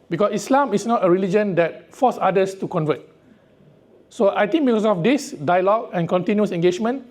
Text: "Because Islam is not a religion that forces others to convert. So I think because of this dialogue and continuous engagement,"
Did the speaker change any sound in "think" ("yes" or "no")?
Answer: yes